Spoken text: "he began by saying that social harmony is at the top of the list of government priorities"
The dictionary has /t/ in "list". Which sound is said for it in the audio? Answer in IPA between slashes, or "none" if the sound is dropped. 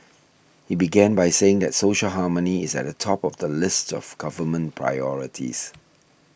/t/